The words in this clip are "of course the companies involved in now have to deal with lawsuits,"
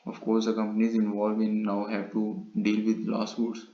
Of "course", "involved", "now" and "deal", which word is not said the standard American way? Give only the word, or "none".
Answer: involved